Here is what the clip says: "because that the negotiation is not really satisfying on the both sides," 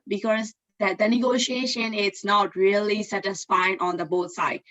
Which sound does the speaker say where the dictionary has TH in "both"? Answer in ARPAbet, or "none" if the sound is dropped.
T